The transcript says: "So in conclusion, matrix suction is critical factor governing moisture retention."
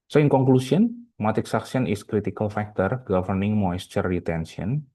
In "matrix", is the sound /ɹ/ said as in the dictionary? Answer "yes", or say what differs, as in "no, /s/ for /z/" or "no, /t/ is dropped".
no, /ɹ/ is dropped